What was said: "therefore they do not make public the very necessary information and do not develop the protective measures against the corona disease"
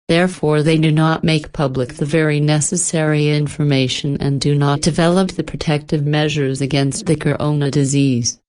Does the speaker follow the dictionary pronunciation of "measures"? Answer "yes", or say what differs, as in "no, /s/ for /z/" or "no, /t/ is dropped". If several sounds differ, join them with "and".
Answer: yes